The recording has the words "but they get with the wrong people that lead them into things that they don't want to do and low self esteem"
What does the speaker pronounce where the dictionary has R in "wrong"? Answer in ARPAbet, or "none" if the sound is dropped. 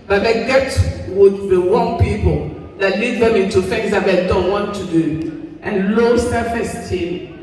W